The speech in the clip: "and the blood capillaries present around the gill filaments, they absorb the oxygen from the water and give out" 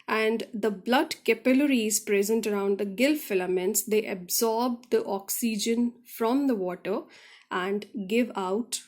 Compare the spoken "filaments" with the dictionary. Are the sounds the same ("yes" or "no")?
yes